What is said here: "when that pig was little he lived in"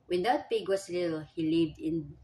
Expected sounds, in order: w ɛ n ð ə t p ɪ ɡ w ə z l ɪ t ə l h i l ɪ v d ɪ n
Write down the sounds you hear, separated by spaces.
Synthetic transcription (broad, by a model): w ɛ n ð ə t p ɪ ɡ w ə s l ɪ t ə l h i l ɪ v d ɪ n